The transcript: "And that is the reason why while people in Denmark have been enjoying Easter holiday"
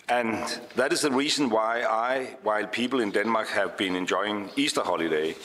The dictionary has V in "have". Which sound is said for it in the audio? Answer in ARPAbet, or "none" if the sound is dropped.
V